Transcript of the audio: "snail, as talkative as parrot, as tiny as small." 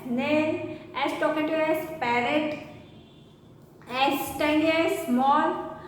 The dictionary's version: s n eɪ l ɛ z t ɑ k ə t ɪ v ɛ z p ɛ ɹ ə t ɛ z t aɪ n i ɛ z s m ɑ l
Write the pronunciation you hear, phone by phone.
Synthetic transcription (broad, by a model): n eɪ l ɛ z t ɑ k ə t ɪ ɛ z p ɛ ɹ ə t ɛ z t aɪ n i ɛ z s m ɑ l